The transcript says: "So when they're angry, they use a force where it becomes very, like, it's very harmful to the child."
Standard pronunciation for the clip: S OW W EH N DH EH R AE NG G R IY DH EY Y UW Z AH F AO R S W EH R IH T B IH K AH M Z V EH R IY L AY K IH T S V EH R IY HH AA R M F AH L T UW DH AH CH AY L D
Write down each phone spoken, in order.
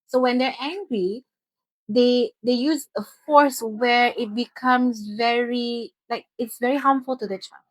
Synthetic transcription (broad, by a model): S OW W EH N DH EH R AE NG G R IY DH EY Y UW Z AH F AO R S W EH R IH T B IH K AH M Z V EH R IY L AY K IH T S V EH R IY HH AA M F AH L T UW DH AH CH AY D